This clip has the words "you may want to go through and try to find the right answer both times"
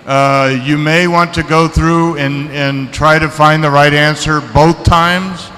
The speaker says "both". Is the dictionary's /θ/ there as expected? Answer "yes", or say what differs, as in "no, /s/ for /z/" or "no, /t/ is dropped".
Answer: yes